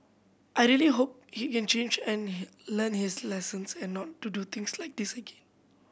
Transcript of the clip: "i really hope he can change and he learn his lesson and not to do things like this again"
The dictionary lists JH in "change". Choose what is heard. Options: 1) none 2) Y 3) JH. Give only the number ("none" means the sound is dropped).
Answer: 3